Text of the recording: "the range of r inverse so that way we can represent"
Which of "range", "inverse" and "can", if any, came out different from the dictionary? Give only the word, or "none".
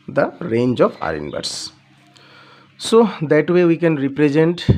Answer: inverse